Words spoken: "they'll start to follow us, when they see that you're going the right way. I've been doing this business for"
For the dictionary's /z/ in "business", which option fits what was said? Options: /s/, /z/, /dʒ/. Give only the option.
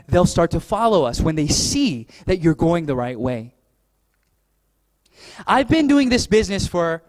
/z/